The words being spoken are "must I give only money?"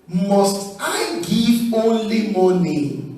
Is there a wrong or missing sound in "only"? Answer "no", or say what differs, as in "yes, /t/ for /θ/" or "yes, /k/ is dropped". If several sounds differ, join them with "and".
yes, /l/ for /n/